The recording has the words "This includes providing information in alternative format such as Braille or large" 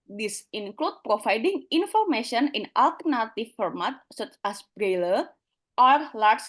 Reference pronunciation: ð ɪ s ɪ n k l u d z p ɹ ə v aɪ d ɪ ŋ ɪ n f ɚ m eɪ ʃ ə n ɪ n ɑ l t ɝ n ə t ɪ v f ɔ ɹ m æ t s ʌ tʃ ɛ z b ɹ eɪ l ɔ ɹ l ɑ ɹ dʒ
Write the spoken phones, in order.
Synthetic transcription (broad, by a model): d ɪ s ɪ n k l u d p ɹ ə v aɪ d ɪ ŋ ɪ n f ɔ m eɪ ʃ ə n ɪ n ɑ l t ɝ n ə t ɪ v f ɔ ɹ m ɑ t s ʌ tʃ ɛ s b ɹ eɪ l ɔ ɹ l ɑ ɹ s